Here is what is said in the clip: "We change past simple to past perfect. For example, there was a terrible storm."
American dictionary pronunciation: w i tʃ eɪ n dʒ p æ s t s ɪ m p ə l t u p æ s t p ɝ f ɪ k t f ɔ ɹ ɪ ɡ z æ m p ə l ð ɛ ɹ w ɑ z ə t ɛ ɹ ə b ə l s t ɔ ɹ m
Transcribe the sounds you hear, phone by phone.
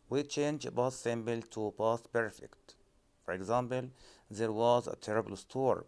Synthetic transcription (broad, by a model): w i tʃ eɪ n dʒ b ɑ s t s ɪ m b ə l t u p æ s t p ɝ f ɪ k t f ɔ ɹ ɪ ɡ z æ m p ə l ð ɛ ɹ w ɑ z ə t ɛ ɹ ə b ə l s t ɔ ɹ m